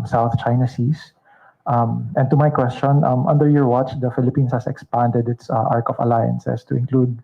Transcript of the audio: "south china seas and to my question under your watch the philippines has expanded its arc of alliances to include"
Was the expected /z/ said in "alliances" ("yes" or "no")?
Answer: no